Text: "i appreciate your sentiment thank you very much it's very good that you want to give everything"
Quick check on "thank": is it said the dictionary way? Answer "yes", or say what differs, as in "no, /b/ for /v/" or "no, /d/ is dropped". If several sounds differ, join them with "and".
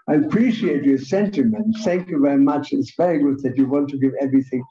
yes